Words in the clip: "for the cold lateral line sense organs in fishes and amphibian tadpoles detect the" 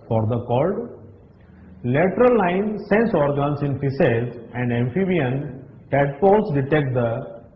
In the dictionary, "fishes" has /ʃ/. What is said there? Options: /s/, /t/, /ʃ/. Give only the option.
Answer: /s/